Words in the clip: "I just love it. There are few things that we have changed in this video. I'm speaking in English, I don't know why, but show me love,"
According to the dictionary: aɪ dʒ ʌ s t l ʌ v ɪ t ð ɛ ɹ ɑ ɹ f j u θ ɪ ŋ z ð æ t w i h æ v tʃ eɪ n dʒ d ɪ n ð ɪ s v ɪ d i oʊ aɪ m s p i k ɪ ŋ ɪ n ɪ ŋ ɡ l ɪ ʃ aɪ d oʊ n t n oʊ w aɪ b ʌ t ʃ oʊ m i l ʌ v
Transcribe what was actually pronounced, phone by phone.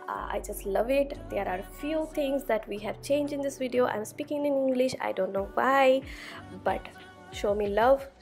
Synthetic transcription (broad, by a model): aɪ dʒ ʌ s t l ʌ v ɪ t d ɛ ɹ ɑ ɹ f j u t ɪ ŋ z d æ t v i h æ v tʃ eɪ n dʒ ɪ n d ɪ s v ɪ d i oʊ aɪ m s p i k ɪ ŋ ɪ n ɪ ŋ ɡ l ɪ ʃ aɪ d oʊ n t n oʊ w aɪ b ʌ t ʃ oʊ m i l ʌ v